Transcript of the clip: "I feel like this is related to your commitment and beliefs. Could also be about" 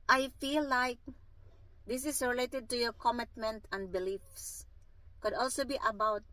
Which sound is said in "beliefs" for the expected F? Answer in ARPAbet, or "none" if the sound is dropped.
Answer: F